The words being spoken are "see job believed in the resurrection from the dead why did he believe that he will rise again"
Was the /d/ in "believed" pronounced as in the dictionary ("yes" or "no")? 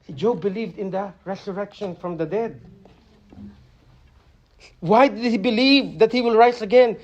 yes